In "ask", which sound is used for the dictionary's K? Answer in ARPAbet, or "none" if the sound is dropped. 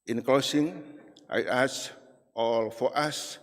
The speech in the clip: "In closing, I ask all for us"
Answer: none